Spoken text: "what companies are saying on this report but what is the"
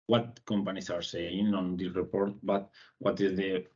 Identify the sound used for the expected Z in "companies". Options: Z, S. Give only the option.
S